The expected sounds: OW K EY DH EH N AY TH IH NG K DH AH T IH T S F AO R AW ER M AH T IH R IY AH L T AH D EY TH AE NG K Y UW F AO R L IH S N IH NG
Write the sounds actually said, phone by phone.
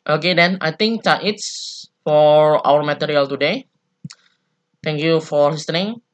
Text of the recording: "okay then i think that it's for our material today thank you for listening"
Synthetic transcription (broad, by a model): OW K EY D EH N AY T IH NG K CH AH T IH T S F AO R AW ER M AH T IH R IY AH L T AH D EY T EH NG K Y UW F AO R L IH S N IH NG